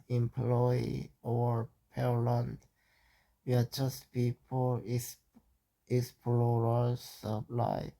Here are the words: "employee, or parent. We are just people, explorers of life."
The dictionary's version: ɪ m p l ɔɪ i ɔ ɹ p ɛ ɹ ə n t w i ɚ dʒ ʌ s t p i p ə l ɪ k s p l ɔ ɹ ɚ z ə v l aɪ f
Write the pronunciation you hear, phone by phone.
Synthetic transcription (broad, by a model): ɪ m p l ɔɪ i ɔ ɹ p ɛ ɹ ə n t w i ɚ dʒ ʌ s t p i p ə l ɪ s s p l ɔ ɹ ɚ s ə p l aɪ